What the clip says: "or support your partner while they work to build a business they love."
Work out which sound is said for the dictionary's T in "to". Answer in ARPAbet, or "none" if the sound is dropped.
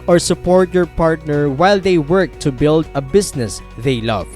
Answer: T